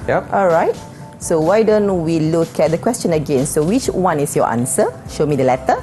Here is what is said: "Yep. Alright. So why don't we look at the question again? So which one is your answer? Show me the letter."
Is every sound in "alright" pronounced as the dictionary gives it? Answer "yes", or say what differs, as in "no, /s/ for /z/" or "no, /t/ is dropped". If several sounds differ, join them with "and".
yes